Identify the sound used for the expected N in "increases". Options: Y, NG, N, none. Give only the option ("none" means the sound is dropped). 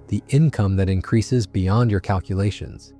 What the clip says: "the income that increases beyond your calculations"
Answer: N